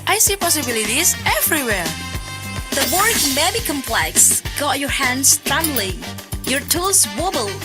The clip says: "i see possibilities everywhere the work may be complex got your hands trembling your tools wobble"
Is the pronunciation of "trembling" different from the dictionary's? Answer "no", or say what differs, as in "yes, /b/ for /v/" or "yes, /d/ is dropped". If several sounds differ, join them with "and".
yes, /b/ is dropped